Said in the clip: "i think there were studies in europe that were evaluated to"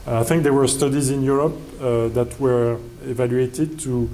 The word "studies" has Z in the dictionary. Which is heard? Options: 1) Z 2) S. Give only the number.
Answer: 1